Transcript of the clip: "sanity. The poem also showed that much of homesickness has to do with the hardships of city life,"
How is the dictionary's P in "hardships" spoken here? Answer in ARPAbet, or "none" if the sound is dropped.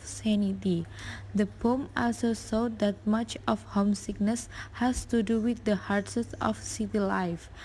none